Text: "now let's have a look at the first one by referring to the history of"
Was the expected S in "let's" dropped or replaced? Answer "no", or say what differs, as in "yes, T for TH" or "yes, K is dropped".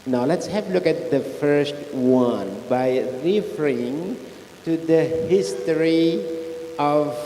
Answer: no